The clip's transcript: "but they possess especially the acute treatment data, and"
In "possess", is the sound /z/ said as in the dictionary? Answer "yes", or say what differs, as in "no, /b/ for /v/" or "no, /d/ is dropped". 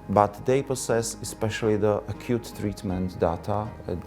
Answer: no, /s/ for /z/